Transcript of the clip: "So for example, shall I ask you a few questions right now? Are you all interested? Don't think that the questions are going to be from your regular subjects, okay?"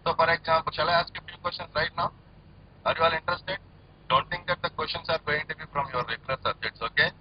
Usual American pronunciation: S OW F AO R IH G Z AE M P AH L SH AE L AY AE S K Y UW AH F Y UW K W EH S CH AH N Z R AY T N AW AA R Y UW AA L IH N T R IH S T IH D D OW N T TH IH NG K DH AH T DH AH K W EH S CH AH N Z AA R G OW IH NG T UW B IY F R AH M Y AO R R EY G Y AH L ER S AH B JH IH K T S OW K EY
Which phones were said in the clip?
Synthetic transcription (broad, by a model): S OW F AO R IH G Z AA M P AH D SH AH L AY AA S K AH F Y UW K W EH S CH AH N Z R AY T N AW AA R Y UW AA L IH N T R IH S T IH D D OW N T T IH NG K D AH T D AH K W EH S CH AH N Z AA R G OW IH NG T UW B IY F R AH M Y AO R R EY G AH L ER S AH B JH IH T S OW K EY